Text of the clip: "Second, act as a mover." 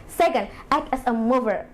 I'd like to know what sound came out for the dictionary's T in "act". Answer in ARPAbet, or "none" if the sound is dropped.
none